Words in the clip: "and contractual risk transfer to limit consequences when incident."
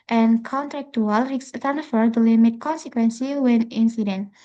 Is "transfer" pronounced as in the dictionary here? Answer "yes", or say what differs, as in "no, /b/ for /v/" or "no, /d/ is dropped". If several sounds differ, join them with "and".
no, /s/ is dropped